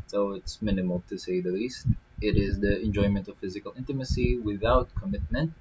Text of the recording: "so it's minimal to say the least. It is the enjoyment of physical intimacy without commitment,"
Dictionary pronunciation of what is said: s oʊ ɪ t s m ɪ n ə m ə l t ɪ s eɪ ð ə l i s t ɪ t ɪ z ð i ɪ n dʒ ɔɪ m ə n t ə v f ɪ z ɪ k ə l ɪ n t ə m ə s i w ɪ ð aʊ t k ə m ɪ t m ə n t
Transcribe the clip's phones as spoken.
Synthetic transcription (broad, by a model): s oʊ ɪ t s m ɪ n ə m ə l t ɪ s eɪ ð ə l i s t ɪ t ɪ z ð i ɪ n dʒ ɔɪ m ə n t ə v f ɪ z ɪ k ə l ɪ n t ə m ə s i w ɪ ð aʊ t k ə m ɪ t m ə n t